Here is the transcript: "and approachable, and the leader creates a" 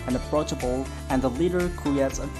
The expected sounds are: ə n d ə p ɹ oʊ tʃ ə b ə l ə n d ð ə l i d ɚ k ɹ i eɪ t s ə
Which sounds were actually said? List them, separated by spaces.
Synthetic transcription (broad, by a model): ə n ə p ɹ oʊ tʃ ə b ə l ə n ð ə l i d ɚ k i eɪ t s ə